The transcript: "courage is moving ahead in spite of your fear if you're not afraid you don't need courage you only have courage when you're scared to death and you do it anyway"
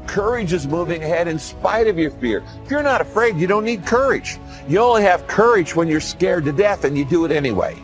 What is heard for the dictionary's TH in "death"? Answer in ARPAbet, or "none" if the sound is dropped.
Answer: TH